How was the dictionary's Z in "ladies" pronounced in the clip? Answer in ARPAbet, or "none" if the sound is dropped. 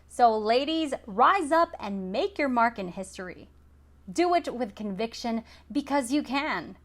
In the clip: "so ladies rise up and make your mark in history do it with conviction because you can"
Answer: Z